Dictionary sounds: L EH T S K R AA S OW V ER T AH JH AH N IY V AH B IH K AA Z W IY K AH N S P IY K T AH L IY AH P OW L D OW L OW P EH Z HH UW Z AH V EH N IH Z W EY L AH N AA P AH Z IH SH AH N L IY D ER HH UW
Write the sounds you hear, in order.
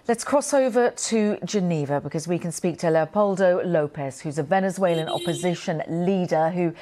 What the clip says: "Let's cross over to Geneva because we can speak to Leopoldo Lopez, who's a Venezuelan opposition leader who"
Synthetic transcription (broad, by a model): L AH T S K R AA S OW V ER T AH JH AH N IY V AH B IH K AA Z W IY K AH N S P IY K T AH L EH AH P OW L D OW L OW P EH S HH UW Z AH V EH N IH Z W EY L AH N AA P AH Z IH SH AH N L IY D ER HH UW